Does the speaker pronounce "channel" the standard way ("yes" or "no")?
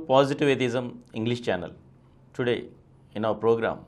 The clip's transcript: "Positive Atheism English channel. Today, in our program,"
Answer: yes